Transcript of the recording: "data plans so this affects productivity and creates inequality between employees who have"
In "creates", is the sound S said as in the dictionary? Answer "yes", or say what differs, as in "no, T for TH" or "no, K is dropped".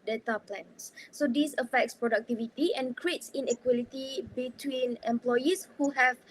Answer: yes